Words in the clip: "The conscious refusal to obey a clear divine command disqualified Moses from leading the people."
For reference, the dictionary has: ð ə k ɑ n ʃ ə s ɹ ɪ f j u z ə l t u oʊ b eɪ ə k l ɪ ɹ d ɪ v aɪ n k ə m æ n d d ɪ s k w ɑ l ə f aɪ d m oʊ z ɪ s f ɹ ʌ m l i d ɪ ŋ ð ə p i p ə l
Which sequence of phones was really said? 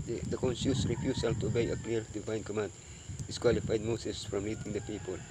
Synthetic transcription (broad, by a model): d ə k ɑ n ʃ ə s ɹ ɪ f j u s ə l t u oʊ b eɪ ə k l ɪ ɹ d ɪ v aɪ n k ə m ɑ n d d ɪ s k w ɑ l ə f aɪ d m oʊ s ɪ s f ɹ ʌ m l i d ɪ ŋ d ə p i p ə l